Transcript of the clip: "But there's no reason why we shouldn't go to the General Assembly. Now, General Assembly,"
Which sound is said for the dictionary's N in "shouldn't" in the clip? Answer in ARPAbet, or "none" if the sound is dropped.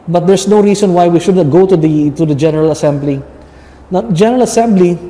none